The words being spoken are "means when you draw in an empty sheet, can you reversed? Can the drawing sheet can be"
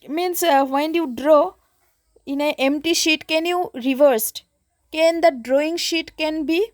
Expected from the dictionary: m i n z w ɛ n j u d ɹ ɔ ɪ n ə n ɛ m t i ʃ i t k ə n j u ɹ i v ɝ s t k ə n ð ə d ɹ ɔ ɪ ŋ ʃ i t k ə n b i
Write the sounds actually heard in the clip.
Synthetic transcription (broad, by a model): m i n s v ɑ n j u d ɹ ɔ ɪ n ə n ɛ m t i ʃ i t k ə n j u ɹ i v ɝ s t k ə n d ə d ɹ ɔ ɪ ŋ ʃ i t k ə n b i